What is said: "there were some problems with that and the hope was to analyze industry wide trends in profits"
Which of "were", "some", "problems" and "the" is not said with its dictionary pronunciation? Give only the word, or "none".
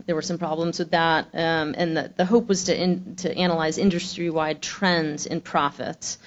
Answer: none